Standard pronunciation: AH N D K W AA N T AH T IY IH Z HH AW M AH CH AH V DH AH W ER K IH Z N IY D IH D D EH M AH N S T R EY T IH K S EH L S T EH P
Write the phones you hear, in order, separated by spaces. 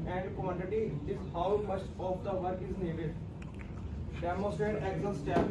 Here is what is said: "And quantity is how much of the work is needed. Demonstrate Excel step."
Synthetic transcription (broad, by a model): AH N D K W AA N T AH T IY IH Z HH AW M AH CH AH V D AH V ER K IH Z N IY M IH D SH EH M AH S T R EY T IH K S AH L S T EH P